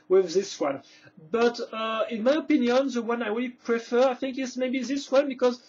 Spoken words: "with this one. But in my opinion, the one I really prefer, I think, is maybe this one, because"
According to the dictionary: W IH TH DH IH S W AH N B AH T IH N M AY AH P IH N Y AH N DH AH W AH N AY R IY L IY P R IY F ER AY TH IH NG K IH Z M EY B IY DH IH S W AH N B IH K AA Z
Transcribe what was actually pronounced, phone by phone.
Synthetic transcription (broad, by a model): W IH DH IH S W AH N B AH T IH N M AY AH P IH N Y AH N DH AH W AH N AY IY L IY P R IY F ER AY TH IH NG K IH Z M EY B IY DH IH S W AH N B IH K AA Z